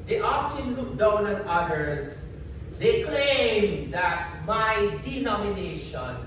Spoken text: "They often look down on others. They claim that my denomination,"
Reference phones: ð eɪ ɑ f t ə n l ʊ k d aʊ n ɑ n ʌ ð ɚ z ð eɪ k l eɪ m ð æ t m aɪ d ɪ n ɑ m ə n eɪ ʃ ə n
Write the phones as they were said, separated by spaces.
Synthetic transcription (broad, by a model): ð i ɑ p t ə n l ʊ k d aʊ n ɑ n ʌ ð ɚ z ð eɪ k l eɪ m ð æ t m aɪ d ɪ n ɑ m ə n eɪ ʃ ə n